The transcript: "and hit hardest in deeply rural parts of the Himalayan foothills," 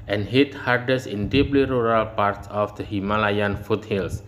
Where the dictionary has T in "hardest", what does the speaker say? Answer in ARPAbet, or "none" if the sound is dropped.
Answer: none